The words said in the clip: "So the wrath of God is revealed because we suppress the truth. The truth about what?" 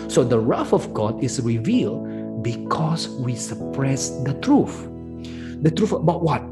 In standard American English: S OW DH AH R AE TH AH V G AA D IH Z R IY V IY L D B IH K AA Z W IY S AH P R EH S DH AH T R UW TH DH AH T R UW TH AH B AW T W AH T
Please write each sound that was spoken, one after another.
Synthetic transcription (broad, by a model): S OW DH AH R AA F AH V G AA D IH S R IY V IY L D B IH K AA S W IY S AH P R EH S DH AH T R UW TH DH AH T R UW F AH B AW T W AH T